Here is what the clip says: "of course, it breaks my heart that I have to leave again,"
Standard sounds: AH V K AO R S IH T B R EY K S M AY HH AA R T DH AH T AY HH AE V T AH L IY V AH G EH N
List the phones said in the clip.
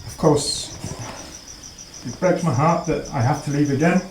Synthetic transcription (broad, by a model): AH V K AO R S IH T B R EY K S M AY HH AA R T DH AH T AY HH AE F T AH L IY V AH G EH N